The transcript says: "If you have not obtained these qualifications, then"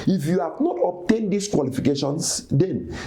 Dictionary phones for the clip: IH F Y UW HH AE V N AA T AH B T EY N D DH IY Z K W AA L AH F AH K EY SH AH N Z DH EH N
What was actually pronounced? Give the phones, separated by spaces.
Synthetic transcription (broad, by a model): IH F Y UW HH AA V N AA T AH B T EY N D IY S K W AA L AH F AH K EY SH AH N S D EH N